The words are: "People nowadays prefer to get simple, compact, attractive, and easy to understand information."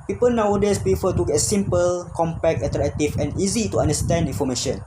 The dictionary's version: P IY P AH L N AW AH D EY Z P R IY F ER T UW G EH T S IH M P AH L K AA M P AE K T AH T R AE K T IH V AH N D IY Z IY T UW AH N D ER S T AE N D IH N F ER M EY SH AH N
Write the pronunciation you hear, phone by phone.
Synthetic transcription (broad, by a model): P IY P AH L N AW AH D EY S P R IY F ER T UW G EH T S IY M P AH L K AA M P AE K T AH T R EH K T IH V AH N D IY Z IY T UW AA N D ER S T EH N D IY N F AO M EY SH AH N